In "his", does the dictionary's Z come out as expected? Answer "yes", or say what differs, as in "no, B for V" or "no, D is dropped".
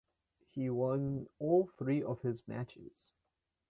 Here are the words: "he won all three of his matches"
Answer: yes